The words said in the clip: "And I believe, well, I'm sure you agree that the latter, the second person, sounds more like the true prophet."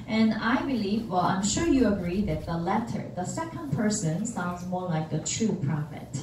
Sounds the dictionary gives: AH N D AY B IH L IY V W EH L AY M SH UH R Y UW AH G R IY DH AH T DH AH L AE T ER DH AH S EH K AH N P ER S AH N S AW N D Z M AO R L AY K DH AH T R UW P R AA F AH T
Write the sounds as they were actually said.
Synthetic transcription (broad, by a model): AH N AY B IH L IY V W EH L AY M SH UH R Y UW AH G R IY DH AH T DH AH L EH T ER DH AH S EH K AH N P ER S AH N S AW N D Z M AO R L AY K DH AH T R UW P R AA F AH T